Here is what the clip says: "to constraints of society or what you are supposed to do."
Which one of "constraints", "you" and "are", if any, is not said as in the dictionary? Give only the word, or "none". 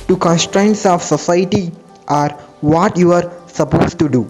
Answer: none